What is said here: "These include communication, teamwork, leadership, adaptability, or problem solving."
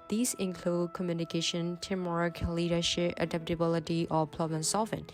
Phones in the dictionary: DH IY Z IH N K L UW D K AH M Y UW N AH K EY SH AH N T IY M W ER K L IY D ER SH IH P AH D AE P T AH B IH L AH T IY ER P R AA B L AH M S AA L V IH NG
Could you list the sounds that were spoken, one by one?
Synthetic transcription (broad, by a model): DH IY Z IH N K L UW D K AH M Y UW N AH K EY SH AH N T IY M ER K L IY D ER SH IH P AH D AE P T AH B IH L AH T IY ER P L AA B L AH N S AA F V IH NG